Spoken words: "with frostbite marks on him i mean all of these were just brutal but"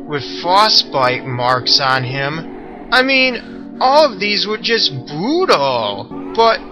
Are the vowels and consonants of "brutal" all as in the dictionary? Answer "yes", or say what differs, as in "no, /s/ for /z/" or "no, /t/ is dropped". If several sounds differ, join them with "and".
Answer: no, /ɹ/ is dropped